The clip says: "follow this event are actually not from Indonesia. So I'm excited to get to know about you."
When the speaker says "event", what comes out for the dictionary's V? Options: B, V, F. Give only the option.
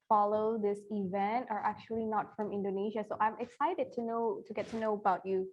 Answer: V